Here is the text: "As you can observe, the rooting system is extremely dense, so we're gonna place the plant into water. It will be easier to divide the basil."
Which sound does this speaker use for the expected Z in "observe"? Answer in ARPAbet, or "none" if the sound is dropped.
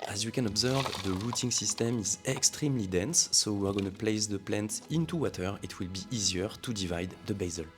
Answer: Z